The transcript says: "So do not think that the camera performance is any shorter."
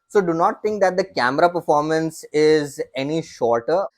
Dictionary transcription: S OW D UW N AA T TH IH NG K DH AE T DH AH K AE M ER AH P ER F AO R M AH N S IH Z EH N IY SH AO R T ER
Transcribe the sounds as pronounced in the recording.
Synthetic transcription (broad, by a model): S OW D UW N AA T T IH NG K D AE T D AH K AE M ER AH P ER F AO R M AH N S IH Z EH N IY SH AO R T ER